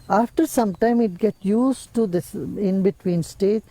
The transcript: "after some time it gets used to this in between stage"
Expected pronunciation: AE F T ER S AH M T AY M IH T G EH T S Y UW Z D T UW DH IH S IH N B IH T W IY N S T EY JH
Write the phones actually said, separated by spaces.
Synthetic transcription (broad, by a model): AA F T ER S AH M T AY M IH T G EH T Y UW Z T UW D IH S IH N B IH T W IY N S T EY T